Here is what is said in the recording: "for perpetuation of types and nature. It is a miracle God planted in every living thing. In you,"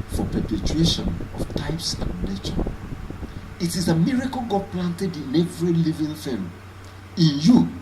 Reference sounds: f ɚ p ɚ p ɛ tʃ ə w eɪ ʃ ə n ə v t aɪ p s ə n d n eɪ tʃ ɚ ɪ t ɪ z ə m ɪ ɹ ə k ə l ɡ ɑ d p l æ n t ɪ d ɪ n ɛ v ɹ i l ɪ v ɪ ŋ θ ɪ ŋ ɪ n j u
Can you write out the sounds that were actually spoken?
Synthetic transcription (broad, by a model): f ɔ p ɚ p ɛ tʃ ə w eɪ ʃ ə n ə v t aɪ p s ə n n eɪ tʃ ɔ ɪ t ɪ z ə m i ɹ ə k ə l ɡ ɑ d p l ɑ n t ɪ d ɪ n ɛ v ɹ i l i v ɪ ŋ f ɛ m ɪ n j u